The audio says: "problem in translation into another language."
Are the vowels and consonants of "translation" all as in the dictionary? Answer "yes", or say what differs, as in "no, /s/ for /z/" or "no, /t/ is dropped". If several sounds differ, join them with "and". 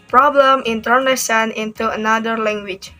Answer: no, /ɹ/ is dropped